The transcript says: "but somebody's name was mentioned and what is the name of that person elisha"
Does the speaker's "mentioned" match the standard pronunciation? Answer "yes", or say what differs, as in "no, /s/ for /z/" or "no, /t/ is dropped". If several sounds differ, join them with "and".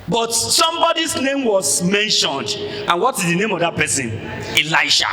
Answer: yes